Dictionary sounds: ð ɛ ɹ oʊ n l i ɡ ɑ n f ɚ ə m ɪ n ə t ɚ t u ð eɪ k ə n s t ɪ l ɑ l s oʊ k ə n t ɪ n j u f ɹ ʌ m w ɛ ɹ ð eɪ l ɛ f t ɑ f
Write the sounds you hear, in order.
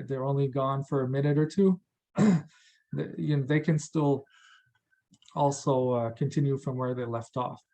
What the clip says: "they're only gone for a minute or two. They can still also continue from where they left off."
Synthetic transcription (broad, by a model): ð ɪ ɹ oʊ n l i ɡ ɑ n f ɚ ə m ɪ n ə t ɚ t u ð eɪ k ə n s t ɪ l ɑ l s oʊ k ə n t ɪ n j u f ɹ ʌ m w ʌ ɹ ð eɪ l ɛ f t ɑ f